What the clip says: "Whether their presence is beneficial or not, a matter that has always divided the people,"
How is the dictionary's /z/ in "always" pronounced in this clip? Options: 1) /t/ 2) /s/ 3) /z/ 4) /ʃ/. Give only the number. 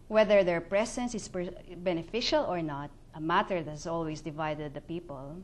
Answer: 2